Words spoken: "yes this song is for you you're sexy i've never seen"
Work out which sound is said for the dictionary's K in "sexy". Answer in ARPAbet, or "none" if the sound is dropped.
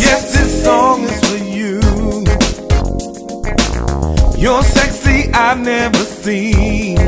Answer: K